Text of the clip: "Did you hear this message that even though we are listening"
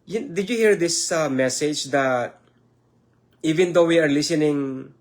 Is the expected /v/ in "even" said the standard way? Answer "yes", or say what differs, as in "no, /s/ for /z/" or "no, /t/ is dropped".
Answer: yes